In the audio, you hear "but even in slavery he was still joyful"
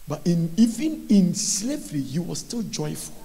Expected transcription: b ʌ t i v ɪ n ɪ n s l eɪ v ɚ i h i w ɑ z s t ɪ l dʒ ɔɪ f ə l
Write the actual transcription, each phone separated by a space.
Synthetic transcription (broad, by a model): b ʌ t i v ɪ n ɪ n s l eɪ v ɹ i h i w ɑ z s t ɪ l dʒ ɔɪ f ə l